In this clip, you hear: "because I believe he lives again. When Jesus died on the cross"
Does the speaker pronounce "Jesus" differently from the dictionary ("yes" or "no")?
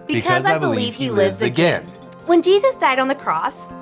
no